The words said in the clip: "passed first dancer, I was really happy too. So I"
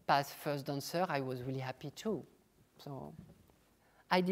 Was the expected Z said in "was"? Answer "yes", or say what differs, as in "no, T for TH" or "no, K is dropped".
yes